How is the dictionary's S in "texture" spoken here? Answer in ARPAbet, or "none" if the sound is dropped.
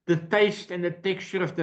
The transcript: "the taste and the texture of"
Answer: none